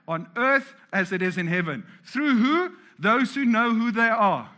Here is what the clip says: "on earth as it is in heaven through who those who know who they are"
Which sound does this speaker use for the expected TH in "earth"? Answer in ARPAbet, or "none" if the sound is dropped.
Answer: TH